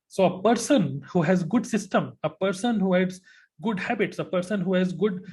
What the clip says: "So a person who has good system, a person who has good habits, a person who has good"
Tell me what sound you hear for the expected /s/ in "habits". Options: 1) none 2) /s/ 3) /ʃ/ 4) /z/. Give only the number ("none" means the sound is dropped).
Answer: 2